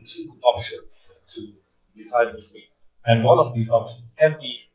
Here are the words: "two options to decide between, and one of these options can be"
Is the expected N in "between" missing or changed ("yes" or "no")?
yes